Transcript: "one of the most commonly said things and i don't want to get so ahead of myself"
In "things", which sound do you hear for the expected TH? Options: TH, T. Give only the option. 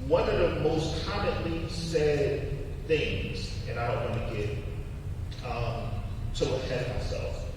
TH